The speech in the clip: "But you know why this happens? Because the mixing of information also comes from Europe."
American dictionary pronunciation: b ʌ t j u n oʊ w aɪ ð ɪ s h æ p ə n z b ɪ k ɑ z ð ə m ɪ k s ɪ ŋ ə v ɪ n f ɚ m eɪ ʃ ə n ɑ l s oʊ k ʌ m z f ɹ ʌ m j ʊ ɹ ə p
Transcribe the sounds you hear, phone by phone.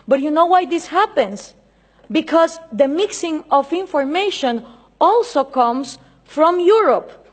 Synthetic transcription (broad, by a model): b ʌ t j u n oʊ w aɪ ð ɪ s h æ p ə n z b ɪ k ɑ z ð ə m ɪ k s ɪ ŋ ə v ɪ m f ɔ m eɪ ʃ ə n ɑ l s oʊ k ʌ m s f ɹ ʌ m j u ɹ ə p